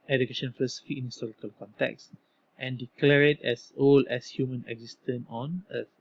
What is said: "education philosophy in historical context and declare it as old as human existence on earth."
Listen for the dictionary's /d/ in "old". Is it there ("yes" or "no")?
no